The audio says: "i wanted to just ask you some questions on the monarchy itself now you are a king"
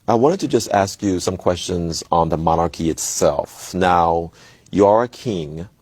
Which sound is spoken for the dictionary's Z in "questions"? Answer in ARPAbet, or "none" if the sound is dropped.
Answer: Z